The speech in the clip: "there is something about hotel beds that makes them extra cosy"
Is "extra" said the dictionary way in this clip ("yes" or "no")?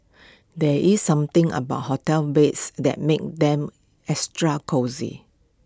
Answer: no